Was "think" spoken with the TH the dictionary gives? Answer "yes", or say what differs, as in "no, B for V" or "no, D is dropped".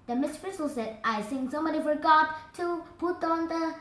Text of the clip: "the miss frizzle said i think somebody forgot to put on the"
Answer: no, S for TH